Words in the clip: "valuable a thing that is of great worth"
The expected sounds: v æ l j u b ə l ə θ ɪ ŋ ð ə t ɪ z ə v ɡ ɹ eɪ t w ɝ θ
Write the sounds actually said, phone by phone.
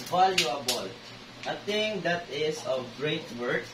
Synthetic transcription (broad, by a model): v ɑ l j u b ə l ə t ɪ ŋ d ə t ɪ s ə v ɡ ɹ eɪ t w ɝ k